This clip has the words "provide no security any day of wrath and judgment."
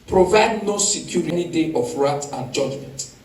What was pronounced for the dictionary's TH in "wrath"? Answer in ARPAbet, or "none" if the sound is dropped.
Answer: T